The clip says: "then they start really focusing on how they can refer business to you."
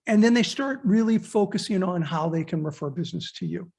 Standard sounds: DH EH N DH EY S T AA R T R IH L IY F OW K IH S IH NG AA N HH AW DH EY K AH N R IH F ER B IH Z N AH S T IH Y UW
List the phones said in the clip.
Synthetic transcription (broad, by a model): DH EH N DH EY S T AA R T R IH L IY F OW K IH S IH NG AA N HH AW DH EY K AH N R IH F ER B IH Z N AH S T IH Y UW